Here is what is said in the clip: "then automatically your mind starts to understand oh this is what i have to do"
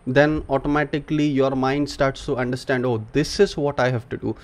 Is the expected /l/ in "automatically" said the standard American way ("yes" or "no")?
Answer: yes